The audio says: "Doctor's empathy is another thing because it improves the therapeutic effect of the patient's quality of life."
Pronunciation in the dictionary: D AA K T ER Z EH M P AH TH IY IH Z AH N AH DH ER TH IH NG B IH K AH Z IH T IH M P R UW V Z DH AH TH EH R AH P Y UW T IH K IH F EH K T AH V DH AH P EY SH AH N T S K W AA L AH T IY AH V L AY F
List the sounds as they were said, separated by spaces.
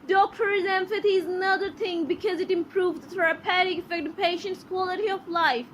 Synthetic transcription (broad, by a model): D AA K T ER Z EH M F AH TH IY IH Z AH N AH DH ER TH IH NG B IH K AH Z IH T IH M P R UW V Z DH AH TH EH R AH P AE T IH K IH F EH K T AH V P EY SH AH N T S K W AA L AH T IY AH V L AY F